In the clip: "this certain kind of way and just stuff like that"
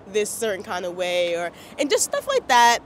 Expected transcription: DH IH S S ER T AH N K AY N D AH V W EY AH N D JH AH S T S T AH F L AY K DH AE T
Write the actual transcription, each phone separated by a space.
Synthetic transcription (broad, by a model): DH IH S S ER T N K AY N D AH V W EY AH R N JH AH S T S T AH F L AY K DH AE T